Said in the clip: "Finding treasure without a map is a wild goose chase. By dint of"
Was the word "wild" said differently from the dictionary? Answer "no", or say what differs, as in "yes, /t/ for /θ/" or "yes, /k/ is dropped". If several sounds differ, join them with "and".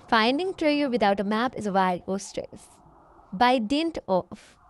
yes, /l/ is dropped